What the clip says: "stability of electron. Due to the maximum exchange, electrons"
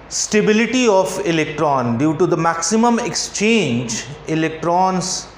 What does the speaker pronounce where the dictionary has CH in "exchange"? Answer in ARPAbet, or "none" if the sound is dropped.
CH